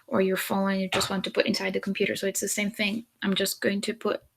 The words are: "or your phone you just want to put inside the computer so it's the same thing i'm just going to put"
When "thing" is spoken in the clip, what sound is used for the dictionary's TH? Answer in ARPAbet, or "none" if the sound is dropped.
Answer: TH